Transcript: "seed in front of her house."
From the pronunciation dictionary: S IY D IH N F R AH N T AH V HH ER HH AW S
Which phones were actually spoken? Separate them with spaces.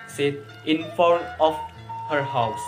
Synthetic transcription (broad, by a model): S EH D IH N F AH T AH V HH ER HH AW S